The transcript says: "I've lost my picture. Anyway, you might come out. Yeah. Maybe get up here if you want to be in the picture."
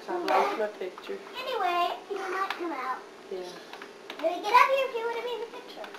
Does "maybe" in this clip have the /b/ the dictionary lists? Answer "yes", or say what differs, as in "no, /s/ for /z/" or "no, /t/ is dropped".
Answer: no, /b/ is dropped